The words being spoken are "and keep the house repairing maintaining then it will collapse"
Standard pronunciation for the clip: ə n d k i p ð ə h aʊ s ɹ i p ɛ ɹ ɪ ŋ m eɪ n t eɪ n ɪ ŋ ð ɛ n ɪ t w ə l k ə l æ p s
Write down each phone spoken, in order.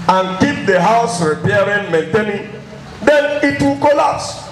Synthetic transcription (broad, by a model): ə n k i p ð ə h aʊ s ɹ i p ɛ ɹ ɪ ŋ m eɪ n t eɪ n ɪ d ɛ n ɪ t w ə l k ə l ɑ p s